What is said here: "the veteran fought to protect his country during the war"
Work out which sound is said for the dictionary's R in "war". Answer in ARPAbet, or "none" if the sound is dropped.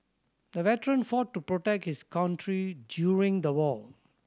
L